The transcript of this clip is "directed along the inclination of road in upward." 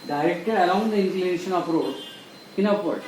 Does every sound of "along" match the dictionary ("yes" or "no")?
no